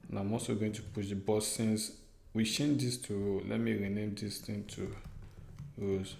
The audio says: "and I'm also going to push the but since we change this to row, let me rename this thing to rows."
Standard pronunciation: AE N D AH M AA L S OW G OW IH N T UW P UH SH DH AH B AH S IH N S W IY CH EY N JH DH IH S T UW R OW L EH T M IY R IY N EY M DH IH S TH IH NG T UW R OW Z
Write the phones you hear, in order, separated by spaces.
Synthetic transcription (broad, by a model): N AH M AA S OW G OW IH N T UW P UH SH B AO S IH N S W IY SH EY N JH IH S T UW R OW L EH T M IY R IY N EY M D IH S T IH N T UW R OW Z